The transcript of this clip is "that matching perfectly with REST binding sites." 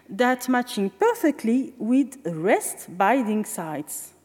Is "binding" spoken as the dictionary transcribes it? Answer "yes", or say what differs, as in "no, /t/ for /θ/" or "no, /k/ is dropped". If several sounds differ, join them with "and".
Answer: no, /n/ is dropped